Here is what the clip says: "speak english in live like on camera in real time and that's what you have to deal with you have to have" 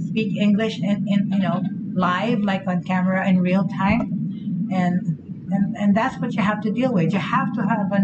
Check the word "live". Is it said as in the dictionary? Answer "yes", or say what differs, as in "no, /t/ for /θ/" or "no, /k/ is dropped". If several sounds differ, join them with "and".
yes